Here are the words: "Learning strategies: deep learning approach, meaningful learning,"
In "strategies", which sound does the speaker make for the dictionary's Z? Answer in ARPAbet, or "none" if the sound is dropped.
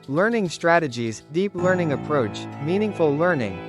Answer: Z